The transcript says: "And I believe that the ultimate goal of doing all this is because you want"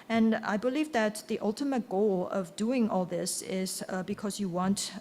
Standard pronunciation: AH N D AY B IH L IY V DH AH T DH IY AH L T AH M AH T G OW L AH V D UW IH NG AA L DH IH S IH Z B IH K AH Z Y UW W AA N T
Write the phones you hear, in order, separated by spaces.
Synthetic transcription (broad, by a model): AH N AY B IH L IY V DH AH T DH IY AH L T AH M AH T G OW L AH V D UW IH NG AA L DH IH S IH Z B IH K AH Z Y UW W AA N T